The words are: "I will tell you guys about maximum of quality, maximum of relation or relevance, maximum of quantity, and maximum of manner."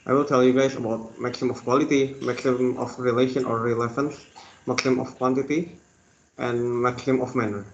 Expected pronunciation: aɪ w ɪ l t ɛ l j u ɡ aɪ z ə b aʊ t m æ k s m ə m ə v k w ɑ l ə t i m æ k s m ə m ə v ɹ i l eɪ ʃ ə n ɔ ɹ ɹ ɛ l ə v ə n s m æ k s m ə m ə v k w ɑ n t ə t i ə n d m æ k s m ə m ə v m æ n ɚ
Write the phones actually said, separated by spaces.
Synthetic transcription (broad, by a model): aɪ w ɪ l t ɛ l j u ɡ aɪ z ə b aʊ t m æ k s ə m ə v k w ɑ l ə t i m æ k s ə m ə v ɹ i l eɪ ʃ ə n ɔ ɹ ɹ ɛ l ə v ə n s m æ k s ə m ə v k w ɑ n t ə t i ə n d m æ k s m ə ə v m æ n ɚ